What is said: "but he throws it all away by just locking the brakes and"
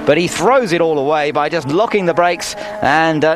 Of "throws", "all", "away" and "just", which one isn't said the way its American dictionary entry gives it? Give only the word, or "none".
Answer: none